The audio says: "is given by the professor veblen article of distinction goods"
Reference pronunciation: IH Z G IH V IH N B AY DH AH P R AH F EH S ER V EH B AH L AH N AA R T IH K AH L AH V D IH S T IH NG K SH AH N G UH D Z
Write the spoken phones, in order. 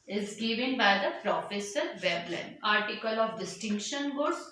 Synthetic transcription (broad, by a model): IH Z G IH V IH N B AY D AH P R AH F EH S ER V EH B L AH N AA R T IH K AH L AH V D IH S T IH NG K SH AH N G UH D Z